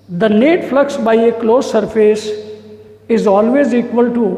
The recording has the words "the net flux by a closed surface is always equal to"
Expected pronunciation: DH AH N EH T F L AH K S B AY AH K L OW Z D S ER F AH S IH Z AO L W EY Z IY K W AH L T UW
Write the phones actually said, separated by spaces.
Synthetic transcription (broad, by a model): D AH N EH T F L AH K S B AY AH K L OW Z S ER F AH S IH Z AO L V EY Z IY K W AH L T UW